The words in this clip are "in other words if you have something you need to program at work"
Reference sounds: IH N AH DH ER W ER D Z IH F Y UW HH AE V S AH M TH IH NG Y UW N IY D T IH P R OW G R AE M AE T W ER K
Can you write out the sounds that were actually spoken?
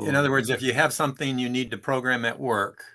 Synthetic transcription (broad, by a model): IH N AH DH ER W ER D Z IH F Y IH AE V S AH M TH IH NG Y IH N IY D T IH P R OW G R AE M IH T W ER K